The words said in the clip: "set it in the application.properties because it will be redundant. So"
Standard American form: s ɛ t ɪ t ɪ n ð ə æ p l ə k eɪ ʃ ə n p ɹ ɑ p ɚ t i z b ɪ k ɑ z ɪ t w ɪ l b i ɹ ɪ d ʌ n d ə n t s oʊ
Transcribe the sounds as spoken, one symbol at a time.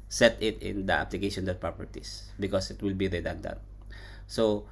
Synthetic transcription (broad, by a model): s ɛ t ɪ t ɪ n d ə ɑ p l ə k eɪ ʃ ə n p ɹ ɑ p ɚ t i s b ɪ k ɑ s ɪ t w ɪ l b i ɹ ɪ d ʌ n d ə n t s oʊ